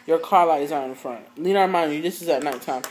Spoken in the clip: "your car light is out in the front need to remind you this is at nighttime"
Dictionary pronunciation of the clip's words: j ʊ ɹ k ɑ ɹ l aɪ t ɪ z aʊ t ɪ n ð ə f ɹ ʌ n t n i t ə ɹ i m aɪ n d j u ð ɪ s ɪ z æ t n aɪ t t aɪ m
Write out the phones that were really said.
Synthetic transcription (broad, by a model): j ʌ ɹ k ɑ ɹ l aɪ t ɪ z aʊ ɪ n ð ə f ɹ ʌ n t l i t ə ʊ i m aɪ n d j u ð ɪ s ɪ z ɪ t n aɪ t t aɪ m